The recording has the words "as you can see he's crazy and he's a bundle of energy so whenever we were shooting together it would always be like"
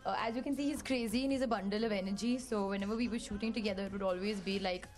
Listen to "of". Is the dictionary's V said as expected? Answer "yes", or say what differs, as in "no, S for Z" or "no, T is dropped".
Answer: yes